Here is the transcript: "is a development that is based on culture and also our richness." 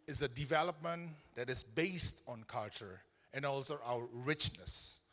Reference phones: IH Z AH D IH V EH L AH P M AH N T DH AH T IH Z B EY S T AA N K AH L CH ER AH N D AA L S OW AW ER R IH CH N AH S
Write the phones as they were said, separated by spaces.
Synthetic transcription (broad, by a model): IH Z AH D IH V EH L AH P M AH N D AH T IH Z B EY S T AA N K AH L CH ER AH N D AA L S OW AW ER R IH CH N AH S